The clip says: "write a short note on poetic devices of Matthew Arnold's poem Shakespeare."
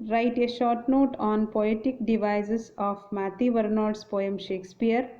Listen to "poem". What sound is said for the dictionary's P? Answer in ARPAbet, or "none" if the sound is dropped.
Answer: P